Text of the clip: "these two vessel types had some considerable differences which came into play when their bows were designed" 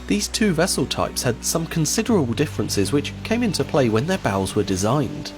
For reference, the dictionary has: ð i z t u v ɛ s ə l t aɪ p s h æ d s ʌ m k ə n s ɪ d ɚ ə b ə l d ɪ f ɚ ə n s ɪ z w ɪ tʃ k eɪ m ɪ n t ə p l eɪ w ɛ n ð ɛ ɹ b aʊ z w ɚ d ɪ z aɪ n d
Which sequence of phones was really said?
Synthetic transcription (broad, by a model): ð i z t u v ɛ s ə l t aɪ p s h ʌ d s ʌ m k ə n s ɪ d ɚ ə b ə l d ɪ f ɚ ə n s ɪ z w ɪ tʃ k eɪ m ɪ n t ə p l eɪ w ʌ n ð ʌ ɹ b aʊ z w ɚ d ɪ z aɪ n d